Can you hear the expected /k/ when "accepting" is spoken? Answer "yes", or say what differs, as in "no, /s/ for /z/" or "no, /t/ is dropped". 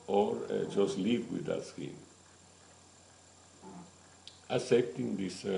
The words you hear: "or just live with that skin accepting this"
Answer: no, /k/ is dropped